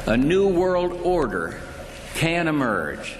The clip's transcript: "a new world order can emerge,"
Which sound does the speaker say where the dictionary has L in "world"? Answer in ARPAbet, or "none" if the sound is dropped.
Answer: L